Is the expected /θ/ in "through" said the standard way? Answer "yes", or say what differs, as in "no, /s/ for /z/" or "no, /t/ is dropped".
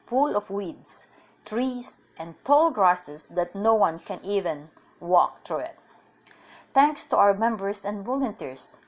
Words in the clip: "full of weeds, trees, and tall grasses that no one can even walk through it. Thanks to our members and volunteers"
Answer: no, /t/ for /θ/